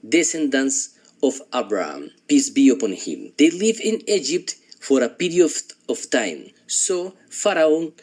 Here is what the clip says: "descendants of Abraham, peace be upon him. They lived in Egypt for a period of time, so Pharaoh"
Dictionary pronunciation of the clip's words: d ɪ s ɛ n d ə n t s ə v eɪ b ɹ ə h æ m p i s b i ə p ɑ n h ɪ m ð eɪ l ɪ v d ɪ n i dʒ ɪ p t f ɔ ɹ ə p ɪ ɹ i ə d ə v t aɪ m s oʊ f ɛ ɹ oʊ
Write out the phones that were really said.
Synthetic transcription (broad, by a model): d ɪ s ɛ n d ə n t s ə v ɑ b ɹ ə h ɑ m p i s b i ə p ɑ n h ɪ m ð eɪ l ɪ v ɪ n i dʒ ɪ p t f ɔ ɹ ə p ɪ ɹ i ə ə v t aɪ m s oʊ f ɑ ɹ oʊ